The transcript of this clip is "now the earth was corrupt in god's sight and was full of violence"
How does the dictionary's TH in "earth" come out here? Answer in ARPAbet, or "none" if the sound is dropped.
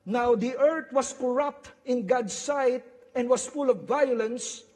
T